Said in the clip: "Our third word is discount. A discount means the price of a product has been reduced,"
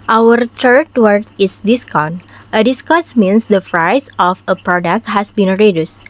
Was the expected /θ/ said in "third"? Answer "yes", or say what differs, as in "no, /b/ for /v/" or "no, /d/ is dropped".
no, /t/ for /θ/